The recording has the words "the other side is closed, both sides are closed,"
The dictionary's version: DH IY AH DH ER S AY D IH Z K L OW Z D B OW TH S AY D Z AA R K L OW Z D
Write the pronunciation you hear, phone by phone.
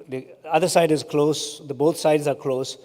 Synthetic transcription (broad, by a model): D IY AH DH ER S AY D IH Z K L OW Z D B OW T S AY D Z AA R K L OW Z